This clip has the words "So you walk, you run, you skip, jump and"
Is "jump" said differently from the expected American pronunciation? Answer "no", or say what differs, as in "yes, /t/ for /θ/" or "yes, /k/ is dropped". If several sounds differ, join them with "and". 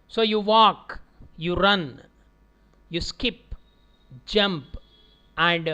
no